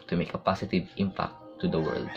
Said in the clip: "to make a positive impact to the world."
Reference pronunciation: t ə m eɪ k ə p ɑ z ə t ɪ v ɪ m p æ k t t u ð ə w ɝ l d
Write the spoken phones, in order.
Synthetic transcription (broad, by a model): t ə m eɪ k ə p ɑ s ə t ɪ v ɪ m p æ k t t u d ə w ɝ l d